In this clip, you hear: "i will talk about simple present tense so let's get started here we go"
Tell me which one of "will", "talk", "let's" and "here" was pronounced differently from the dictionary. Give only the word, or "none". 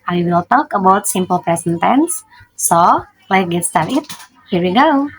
let's